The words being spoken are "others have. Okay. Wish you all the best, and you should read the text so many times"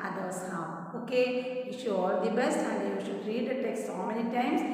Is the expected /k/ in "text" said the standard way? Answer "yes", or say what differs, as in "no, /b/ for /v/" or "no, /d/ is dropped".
yes